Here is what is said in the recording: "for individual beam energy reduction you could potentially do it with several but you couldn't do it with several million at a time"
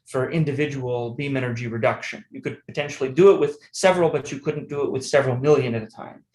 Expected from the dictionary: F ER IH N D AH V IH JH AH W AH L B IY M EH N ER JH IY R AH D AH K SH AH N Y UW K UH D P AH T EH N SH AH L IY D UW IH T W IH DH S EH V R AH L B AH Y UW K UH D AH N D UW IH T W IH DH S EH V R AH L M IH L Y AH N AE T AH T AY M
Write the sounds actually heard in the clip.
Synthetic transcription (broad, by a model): F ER IH N D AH V IH JH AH W L B IY M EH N ER JH IY R AH D AH K SH AH N Y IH K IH D P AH T EH N SH L IY D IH IH T W IH DH S EH V R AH L B AH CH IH K UH D N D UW IH T W IH DH S EH V R L M IH L Y AH N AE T AH T AY M